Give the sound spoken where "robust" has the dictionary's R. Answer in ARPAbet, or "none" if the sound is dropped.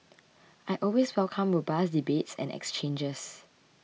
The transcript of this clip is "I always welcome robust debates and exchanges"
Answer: W